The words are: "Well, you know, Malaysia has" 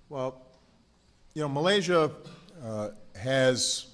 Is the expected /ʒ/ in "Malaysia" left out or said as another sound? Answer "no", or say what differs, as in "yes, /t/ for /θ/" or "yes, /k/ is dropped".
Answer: no